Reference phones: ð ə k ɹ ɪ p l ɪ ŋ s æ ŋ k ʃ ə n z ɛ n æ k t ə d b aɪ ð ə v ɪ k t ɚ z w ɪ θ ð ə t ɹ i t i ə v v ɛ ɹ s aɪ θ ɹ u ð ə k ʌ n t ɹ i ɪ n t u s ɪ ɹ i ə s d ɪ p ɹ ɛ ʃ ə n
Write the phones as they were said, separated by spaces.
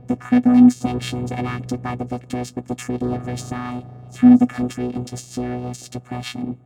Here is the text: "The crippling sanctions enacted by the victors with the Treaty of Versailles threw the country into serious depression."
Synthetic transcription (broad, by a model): ð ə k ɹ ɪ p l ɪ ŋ s æ ŋ k ʃ ə n z ɛ n æ k t ə d b aɪ ð ə v ɪ k t ɚ z w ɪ ð ə t ɹ i t i ə v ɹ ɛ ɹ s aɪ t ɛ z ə k ʌ n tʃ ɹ i ɪ n t u s ɪ ɹ i ə s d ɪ p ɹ ɛ ʃ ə n